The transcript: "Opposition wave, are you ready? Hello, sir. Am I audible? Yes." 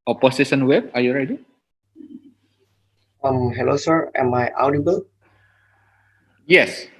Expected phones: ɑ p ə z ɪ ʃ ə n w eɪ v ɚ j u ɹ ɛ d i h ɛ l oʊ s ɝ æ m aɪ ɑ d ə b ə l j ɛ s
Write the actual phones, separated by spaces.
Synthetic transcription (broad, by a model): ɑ p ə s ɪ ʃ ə n w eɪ b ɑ j u ɹ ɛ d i h ɛ l oʊ s ɝ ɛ m aɪ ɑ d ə b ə l j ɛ s